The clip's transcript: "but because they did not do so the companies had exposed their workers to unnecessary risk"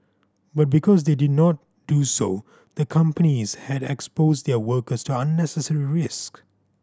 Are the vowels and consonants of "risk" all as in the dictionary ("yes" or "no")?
yes